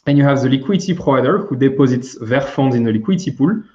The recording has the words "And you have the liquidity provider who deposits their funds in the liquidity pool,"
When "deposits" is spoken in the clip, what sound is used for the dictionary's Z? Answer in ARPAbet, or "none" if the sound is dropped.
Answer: Z